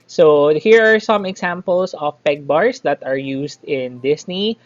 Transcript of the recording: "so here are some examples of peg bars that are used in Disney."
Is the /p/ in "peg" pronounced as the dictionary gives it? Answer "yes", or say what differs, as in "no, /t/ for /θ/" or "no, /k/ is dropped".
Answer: yes